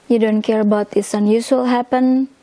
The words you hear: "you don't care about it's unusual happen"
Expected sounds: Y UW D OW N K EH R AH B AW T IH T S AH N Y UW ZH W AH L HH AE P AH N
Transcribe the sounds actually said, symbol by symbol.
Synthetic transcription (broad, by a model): Y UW D OW N K EH R AH B AW T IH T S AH N Y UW S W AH L HH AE P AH N